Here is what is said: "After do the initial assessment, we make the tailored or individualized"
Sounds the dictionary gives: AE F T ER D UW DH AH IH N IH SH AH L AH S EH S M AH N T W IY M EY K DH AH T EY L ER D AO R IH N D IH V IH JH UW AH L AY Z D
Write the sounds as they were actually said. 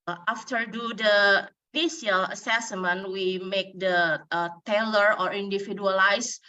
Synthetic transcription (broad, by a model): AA F T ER D UW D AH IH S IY AH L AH S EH S M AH N W IY M EY K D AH T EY L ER AO R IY N D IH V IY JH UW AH L AY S